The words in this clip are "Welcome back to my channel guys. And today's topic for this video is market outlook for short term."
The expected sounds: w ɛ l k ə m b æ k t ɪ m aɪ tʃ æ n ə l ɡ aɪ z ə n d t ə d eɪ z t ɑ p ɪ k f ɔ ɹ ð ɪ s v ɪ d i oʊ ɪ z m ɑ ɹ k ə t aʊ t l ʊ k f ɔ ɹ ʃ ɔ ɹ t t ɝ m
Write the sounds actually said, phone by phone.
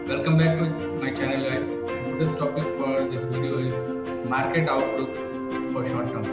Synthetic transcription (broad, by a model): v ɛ l k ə m b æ k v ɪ m aɪ tʃ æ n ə l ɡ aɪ ə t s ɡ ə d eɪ s t ɑ p ɪ k f ɔ ɹ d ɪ s v ɪ d i oʊ ɪ z m ɑ ɹ k ə t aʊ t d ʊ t f ɔ ɹ ʃ ɔ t t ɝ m